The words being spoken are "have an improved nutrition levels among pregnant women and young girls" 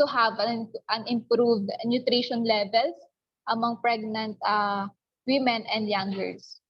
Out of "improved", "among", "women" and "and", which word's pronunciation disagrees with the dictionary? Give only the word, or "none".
none